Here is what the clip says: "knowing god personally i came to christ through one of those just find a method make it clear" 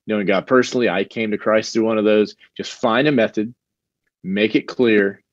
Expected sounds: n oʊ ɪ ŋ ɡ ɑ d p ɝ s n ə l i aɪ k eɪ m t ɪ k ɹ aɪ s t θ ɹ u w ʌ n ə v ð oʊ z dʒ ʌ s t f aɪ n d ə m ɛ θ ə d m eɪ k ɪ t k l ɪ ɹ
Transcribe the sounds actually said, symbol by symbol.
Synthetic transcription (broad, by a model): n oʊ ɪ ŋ ɡ ɑ d p ɝ s n l i aɪ k eɪ m t ɪ k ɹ aɪ s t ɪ w ʌ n ə v ð oʊ z dʒ ʌ s t f aɪ n d ə m ɛ θ ə d m eɪ k ɪ t k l ɪ ɹ